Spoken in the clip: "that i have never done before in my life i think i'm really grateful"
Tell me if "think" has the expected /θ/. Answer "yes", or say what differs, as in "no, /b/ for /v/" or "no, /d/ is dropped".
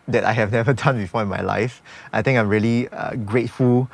no, /t/ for /θ/